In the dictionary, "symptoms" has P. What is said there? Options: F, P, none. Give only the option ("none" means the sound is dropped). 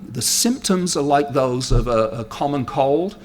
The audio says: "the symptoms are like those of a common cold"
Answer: P